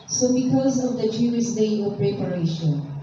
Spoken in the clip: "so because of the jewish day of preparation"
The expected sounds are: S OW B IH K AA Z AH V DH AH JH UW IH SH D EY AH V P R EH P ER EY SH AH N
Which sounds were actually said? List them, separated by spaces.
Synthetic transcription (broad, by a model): S OW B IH K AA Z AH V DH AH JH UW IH S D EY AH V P R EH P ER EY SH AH N